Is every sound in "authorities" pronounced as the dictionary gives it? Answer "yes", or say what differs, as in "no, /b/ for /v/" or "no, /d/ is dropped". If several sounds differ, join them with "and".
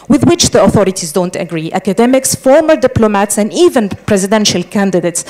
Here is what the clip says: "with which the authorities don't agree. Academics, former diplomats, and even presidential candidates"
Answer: yes